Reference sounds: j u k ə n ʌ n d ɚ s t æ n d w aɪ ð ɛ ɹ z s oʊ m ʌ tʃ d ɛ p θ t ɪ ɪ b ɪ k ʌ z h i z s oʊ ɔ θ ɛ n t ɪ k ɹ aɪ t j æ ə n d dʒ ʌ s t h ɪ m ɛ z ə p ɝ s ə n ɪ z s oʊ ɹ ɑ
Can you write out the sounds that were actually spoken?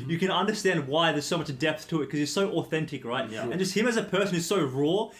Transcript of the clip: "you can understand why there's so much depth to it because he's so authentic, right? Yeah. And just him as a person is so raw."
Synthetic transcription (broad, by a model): j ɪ k ə n ʌ n d ɚ s t æ n d w aɪ ð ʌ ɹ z s oʊ m ʌ tʃ d ɛ p θ t ɪ ɪ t k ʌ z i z s oʊ ɔ θ ɛ n t ɪ k ɹ aɪ t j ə n dʒ ʌ s t h ɪ m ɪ z ə p ɝ s ə n ɪ z s oʊ ɹ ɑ